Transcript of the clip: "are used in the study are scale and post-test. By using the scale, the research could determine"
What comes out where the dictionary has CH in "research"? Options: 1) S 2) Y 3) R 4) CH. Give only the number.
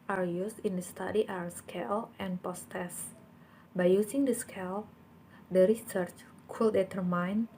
4